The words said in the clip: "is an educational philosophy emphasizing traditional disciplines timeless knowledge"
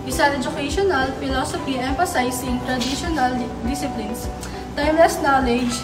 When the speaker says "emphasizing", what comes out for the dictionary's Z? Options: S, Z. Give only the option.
S